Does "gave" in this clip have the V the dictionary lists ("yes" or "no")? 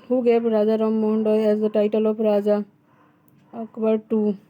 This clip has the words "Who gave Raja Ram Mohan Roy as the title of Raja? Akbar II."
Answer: no